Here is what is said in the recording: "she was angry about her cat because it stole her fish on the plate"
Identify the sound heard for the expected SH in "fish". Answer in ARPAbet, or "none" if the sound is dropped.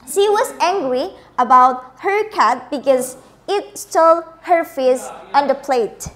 S